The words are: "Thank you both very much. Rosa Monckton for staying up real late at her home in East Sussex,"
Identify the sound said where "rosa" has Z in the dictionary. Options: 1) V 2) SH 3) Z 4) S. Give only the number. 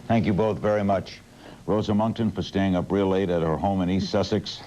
3